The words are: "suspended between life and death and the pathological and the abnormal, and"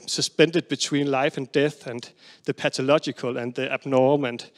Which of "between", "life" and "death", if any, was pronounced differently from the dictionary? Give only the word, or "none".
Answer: none